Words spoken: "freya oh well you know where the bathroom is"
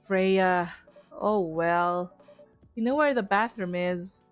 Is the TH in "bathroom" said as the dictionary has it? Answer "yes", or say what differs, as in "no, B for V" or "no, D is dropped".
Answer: yes